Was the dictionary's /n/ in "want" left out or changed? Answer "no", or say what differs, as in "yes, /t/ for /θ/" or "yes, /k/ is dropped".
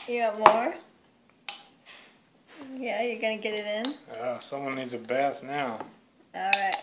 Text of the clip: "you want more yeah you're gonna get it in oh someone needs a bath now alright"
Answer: yes, /n/ is dropped